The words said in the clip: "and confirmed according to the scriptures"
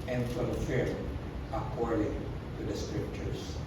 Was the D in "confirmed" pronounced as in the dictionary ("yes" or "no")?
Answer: no